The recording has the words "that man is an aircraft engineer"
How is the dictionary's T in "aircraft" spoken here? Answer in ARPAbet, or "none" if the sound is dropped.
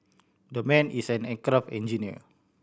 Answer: none